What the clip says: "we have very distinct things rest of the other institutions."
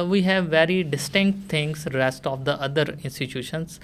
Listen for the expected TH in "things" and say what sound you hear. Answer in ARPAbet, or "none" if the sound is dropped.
T